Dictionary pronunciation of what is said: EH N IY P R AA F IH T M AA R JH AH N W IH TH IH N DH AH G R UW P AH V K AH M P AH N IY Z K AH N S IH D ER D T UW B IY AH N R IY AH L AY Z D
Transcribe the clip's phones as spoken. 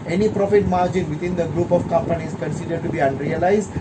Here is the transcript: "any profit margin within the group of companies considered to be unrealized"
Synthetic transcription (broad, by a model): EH N IY P R AA F IH T M AA R JH AH N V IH T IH N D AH G R UW P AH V K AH M P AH N IY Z K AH N S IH D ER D T UW B IY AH N R IY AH L AY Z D